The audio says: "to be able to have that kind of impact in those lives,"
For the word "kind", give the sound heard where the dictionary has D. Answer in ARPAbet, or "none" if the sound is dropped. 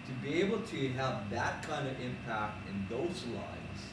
D